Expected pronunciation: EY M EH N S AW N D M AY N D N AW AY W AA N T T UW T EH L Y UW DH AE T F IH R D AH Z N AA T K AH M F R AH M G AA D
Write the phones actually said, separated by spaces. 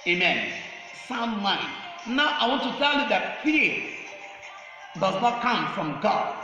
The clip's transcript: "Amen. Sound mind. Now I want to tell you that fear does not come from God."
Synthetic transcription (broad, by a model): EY M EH N S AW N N AY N N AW AY W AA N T T UW T EH L Y UW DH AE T P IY D AH Z N AA T K AH M F R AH M G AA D